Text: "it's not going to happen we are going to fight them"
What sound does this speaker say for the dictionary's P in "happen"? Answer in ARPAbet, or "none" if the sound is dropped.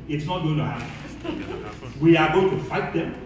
none